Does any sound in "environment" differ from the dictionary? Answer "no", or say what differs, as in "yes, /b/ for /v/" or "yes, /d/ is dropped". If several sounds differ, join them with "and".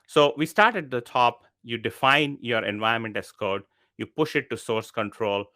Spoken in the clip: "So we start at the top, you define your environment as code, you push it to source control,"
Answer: yes, /ɹ/ is dropped